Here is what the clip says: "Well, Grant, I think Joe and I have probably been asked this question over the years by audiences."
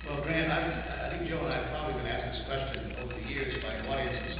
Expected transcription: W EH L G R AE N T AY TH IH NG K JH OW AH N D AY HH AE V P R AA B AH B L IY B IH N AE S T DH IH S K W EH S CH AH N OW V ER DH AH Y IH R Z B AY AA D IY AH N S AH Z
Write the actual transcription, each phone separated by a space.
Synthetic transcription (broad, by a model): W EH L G R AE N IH AY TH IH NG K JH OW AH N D AY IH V P R AA B AH B L IY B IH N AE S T DH IH S K W EH S CH AH N OW V ER DH AH Y IH R Z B AY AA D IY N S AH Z